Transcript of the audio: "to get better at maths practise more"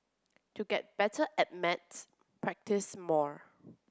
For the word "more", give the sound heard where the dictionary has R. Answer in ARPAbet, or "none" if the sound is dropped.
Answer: R